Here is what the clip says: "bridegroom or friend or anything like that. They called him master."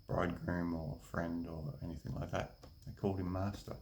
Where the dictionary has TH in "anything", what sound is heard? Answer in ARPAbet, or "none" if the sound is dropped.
TH